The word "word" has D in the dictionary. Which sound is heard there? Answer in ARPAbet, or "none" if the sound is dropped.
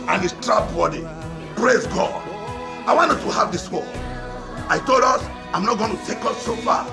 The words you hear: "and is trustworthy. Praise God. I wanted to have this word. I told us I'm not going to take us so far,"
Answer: none